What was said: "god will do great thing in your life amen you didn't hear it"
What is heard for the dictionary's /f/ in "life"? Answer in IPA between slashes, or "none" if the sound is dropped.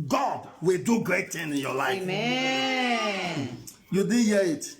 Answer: none